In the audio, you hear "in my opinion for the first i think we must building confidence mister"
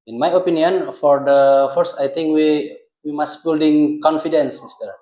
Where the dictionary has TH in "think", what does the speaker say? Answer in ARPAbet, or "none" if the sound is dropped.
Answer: T